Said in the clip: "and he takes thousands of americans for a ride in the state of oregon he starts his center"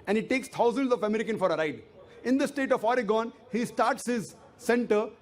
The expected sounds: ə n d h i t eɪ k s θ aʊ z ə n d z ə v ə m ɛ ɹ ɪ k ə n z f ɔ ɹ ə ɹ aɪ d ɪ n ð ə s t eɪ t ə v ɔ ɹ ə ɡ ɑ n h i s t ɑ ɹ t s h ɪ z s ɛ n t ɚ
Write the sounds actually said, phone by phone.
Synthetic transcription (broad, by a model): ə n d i t eɪ k s t aʊ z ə n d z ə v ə m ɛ ɹ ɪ k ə n f ɔ ɹ ə ɹ aɪ d ɪ n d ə s t eɪ t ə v ɔ ɹ ə ɡ ɑ n h i s t ɑ ɹ t s h ɪ z s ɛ n t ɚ